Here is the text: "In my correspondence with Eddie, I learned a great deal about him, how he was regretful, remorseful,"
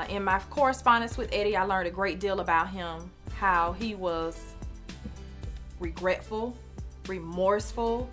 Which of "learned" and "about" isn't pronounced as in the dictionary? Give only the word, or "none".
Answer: none